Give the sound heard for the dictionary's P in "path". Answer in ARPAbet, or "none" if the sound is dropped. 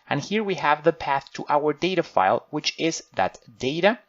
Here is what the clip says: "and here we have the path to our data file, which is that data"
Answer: P